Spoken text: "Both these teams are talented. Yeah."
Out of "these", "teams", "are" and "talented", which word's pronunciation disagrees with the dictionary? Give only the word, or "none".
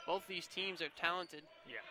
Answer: none